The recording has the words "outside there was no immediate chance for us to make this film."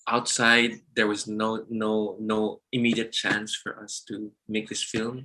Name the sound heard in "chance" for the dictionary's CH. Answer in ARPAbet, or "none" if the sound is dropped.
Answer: CH